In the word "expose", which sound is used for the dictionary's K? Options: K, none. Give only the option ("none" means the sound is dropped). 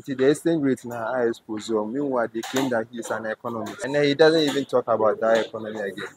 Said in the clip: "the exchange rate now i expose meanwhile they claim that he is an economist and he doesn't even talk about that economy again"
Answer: none